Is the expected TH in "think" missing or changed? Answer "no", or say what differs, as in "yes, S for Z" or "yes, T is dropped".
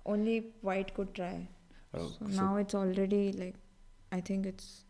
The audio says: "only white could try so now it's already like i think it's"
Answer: yes, T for TH